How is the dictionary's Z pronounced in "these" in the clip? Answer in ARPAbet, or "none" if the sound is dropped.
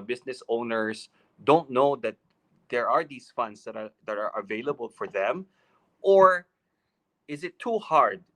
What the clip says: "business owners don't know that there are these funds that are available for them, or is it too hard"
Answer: S